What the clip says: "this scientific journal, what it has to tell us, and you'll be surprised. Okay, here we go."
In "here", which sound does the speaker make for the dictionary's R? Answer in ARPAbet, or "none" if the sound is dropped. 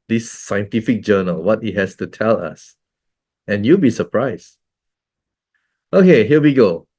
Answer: L